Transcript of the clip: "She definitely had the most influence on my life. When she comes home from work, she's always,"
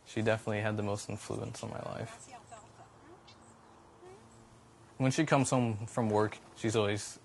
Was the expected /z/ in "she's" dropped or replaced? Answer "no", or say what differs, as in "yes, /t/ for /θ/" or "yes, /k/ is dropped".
no